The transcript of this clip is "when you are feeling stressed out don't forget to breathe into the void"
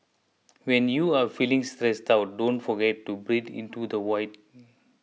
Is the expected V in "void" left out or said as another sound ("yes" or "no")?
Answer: yes